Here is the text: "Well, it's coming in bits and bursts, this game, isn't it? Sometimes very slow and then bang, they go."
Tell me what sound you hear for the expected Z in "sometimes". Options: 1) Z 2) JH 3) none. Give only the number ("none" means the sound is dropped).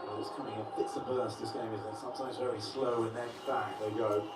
1